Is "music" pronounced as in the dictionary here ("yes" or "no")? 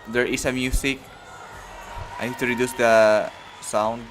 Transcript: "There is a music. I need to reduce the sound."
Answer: no